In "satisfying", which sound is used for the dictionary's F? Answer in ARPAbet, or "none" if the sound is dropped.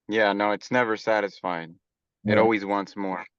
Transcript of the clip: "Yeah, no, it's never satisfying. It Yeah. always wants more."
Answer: F